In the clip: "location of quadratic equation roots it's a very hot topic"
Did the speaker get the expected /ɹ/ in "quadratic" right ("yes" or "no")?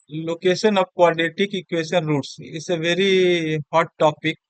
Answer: no